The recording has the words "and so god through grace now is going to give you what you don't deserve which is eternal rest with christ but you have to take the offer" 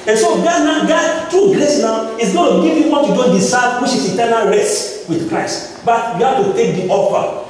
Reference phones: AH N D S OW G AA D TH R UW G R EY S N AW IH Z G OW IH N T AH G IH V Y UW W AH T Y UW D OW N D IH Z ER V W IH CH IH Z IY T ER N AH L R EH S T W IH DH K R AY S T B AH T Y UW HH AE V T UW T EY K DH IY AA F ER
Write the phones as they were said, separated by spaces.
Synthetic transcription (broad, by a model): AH N S OW G AA D T R UW G R EY S N AW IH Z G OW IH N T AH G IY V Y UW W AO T Y UW D OW N D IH S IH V W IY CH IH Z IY T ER N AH L R EH S T W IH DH K R AY S T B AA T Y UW HH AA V T UW T EY K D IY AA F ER